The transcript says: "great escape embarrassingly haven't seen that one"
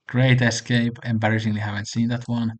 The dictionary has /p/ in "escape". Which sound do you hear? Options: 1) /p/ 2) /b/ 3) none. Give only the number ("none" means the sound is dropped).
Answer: 1